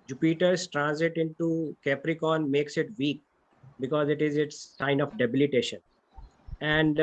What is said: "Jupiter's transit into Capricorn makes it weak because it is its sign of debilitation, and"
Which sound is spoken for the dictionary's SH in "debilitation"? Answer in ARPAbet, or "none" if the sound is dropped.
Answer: SH